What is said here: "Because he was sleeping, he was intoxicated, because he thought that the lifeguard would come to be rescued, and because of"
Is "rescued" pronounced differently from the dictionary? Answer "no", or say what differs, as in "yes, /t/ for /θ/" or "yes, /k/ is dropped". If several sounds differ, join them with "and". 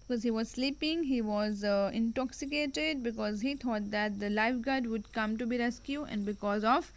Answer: yes, /d/ is dropped